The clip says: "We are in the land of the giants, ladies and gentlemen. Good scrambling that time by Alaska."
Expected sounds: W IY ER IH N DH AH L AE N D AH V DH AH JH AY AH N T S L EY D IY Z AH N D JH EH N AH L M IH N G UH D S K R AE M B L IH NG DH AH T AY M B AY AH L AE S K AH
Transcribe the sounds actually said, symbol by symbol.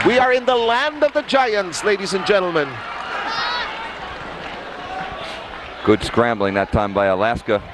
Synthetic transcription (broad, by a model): W IY ER IH N DH AH L AE N D AH V DH AH JH AY AH N T S L EY D IY Z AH N JH EH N L M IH N G UH D S K R AE M B L IH NG DH AH T AY M B AY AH L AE S K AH